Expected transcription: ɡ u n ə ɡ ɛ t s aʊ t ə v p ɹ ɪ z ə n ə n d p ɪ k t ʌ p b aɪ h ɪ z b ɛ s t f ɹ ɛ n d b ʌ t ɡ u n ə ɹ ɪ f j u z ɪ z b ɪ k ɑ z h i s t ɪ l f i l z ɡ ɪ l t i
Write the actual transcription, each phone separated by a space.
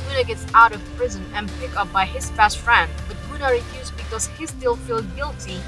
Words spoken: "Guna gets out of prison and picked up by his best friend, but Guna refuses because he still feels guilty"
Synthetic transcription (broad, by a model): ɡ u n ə ɡ ɛ t s aʊ t ə v p ɹ ɪ z ə n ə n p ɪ k ʌ p b aɪ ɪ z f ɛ s t f ɹ ɛ n d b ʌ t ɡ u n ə ɹ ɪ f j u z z b ɪ k ɑ z h i s t ɪ l f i l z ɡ ɪ l t i